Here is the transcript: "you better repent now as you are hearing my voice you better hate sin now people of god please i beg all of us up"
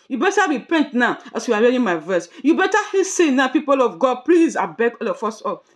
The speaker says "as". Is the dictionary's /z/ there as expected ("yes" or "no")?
no